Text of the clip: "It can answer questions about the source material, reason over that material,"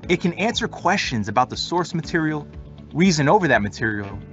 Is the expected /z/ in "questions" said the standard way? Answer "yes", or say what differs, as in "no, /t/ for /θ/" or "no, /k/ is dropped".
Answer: yes